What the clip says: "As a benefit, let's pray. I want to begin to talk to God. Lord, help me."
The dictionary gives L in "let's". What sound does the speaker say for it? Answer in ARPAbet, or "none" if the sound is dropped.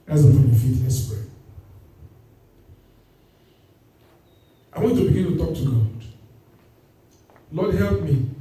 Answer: N